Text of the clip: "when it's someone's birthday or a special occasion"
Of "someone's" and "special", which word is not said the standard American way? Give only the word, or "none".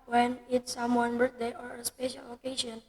someone's